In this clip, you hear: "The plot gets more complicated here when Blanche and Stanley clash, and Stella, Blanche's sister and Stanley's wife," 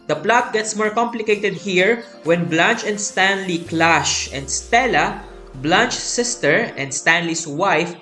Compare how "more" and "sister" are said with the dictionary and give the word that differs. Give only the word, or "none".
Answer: none